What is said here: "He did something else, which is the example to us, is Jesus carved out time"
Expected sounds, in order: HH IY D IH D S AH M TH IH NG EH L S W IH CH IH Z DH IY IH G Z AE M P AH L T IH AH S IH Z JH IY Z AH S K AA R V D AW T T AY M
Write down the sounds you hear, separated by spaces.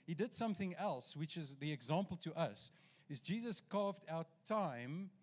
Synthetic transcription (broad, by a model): HH IY D IH D S AH M TH IH NG EH L S W IH CH IH Z DH IY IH G Z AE M P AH L T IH AH S IH Z JH IY Z AH S K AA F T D AW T T AY M